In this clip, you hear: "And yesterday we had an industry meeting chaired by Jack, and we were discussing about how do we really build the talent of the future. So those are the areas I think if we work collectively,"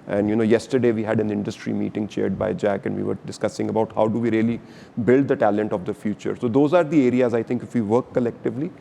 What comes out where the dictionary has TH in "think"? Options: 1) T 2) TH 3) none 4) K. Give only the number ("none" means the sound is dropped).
1